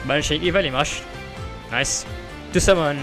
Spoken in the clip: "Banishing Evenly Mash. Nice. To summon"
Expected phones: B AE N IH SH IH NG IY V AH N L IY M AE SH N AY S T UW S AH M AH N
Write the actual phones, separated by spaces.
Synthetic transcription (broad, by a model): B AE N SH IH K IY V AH L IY M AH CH N AY S T UW S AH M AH N